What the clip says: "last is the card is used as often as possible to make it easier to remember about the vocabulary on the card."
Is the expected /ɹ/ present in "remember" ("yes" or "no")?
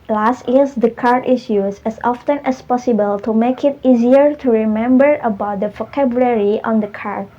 yes